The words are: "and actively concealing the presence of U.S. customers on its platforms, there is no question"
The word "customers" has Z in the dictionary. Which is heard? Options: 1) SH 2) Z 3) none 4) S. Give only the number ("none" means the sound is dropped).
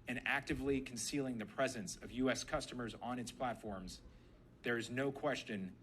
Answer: 2